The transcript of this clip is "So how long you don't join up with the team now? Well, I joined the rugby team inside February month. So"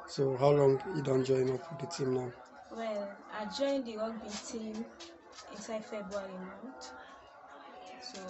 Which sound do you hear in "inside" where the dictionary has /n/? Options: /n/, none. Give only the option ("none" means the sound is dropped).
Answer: /n/